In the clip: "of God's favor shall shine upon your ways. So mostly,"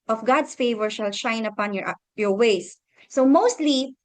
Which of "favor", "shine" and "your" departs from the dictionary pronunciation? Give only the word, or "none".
none